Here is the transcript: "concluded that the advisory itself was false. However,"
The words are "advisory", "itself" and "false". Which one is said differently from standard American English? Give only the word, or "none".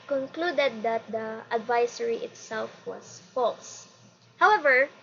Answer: advisory